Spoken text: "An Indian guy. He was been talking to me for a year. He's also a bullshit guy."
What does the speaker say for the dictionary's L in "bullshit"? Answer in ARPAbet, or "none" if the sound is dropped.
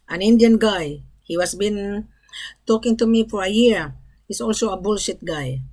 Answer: L